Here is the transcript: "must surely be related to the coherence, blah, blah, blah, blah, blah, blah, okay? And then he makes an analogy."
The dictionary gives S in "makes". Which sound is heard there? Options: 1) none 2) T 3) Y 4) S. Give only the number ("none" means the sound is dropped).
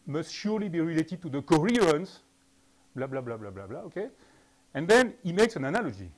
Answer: 4